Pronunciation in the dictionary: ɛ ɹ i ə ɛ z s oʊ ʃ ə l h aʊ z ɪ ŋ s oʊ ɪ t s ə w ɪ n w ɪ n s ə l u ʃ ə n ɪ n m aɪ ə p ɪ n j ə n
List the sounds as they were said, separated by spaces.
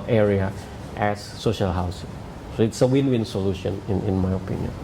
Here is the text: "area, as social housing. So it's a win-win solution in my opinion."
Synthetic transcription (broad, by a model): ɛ ɹ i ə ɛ s oʊ ʃ ə l h aʊ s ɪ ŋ s oʊ ɪ t s ə w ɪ n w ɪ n s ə l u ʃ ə n ɪ n m aɪ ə p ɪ n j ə n